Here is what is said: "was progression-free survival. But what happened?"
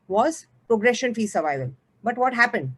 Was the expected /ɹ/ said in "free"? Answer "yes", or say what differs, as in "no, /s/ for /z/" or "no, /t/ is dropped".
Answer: no, /ɹ/ is dropped